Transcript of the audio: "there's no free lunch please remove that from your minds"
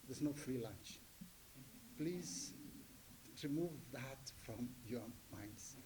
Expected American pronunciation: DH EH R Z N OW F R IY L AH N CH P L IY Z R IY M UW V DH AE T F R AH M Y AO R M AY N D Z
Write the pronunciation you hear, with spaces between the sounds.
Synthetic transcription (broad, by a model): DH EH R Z N OW F R IY L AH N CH P L IY Z R IY M UW V DH AE T F R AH M Y AO R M AY N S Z